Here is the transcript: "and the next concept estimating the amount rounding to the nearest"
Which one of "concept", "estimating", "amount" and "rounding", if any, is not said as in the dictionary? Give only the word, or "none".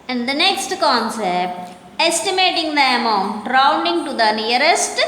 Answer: none